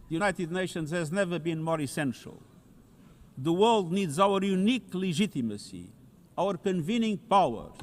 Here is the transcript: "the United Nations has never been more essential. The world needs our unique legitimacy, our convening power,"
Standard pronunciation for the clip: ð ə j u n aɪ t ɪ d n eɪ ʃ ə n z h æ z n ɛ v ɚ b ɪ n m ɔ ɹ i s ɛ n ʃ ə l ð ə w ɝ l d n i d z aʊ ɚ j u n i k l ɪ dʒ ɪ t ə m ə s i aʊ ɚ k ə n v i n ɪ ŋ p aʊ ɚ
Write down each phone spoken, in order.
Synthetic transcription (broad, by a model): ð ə j u n aɪ t ɪ d n eɪ ʃ ə n z h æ z n ɛ v ɚ b ɪ n m ɔ ɹ i s ɛ n ʃ ə l ð ə w ɝ l d n i d z aʊ ɚ j u n i k l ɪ ʒ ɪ t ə m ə s i aʊ ɚ k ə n v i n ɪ ŋ p aʊ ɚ